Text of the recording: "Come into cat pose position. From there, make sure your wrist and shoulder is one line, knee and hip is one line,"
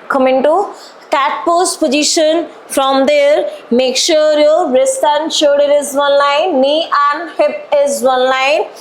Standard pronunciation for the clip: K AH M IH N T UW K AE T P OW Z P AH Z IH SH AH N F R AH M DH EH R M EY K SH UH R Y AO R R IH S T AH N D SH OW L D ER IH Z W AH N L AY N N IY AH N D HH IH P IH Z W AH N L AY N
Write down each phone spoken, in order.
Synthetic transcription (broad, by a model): K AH M IH N T UW K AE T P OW S P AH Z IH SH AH N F R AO M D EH R M EY K SH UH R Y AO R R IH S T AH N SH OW D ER IH Z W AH N L AY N N IY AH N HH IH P IH Z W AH N L AY N